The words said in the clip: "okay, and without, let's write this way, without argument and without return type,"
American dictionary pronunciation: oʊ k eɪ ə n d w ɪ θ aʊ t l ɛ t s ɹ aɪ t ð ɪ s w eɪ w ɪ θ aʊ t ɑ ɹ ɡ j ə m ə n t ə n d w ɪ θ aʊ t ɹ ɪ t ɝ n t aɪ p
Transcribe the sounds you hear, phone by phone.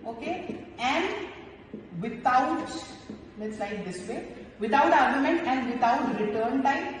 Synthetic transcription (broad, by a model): oʊ k eɪ ə n d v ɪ t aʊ t n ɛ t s l aɪ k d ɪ s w eɪ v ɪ t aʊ t ɑ ɹ ɡ j ə m ə n t ə n d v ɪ t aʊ t ɹ ɪ t ɝ n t aɪ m